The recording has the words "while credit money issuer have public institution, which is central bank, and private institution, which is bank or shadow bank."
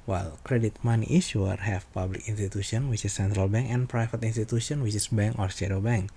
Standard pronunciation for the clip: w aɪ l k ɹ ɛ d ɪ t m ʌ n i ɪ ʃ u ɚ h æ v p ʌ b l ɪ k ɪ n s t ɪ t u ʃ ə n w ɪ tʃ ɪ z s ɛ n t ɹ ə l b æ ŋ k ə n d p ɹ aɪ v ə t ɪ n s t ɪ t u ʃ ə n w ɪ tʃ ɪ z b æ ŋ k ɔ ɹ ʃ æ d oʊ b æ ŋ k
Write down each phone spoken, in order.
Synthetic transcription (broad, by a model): w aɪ l k ɹ ɛ d ɪ t m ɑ n i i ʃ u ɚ h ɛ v p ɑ b l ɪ k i n s t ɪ t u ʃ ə n w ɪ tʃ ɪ s ɛ n t ɹ ə l b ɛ ŋ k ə n p ɹ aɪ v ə t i n s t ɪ t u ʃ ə n w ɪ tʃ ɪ s b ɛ ŋ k ɔ ɹ s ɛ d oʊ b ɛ ŋ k